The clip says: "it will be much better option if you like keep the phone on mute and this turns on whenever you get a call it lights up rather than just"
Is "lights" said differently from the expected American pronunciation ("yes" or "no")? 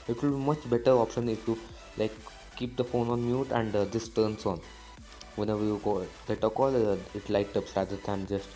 yes